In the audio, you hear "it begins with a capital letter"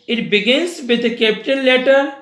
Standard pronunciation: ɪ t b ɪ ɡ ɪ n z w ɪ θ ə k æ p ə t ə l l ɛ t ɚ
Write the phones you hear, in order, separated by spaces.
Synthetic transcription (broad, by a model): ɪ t b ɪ ɡ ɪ n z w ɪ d ə k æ p t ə n l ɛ t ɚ